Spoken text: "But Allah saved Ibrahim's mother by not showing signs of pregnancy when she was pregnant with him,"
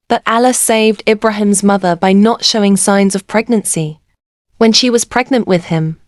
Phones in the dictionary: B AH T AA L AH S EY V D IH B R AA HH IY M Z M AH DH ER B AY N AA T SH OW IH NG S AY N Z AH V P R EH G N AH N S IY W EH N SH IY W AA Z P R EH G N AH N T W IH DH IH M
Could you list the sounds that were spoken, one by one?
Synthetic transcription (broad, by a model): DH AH T AA L AH S EY V D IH B R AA HH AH M Z M AH DH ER B AY N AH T SH OW IH NG S AY N Z AH V P R EH G N AH N S IY W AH N SH IY W AA Z P R EH G N AH N T W IH DH IH M